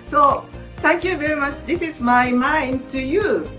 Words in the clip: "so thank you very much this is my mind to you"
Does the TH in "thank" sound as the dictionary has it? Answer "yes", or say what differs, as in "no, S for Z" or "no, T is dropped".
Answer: no, T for TH